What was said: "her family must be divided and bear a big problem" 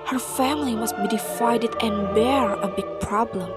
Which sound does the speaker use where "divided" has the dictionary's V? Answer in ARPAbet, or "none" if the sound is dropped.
F